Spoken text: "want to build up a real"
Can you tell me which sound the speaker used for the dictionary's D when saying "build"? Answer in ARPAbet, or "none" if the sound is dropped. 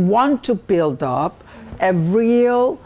D